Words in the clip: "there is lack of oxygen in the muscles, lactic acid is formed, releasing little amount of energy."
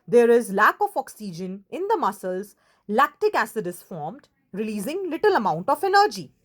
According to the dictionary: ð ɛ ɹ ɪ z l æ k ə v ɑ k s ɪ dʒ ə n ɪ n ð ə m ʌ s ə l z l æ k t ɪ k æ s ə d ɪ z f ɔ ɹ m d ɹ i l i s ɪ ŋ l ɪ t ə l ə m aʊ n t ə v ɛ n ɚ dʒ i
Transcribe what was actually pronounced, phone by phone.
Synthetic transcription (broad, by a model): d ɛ ɹ ɪ z l æ k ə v ɑ k s ɪ dʒ ə n ɪ n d ə m ʌ s ə l z l æ k t ɪ k æ s ə d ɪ s f ɔ ɹ m d ɹ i l i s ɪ ŋ l ɪ t ə l ə m aʊ n t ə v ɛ n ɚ dʒ i